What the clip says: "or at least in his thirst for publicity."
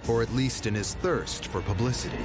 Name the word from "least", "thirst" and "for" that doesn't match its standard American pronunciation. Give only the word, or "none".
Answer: none